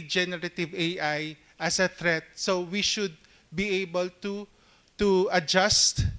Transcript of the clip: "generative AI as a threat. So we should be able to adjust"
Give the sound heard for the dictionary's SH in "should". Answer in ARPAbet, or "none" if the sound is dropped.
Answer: SH